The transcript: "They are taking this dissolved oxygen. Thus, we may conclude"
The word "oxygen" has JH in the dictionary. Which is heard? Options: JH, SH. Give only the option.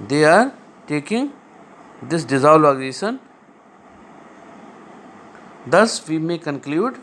SH